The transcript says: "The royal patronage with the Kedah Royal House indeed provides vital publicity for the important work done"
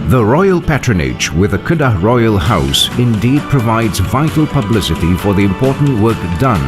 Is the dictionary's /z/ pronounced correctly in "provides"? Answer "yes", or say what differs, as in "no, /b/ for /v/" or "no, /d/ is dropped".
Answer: yes